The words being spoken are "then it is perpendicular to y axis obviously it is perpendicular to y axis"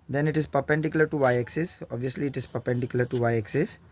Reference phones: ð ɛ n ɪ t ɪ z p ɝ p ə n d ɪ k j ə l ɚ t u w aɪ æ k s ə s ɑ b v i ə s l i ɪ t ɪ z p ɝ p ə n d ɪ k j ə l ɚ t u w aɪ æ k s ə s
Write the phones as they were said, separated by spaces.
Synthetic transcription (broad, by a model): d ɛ n ɪ t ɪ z p ɝ p ə n d ɪ k j ə l ɚ t u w aɪ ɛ k s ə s ɑ b v i ə s l i ɪ t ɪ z p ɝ p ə n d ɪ k j l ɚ t u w aɪ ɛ k s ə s